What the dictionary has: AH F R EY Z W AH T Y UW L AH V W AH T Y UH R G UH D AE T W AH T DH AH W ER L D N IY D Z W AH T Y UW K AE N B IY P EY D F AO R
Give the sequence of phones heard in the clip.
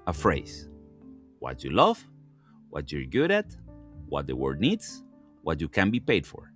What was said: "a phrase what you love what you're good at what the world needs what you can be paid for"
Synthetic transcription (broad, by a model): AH F R EY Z W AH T Y UW L AH V W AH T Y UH R G UH D AE T W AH T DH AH W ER D N IY D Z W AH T Y UW K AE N B IY P EY D F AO R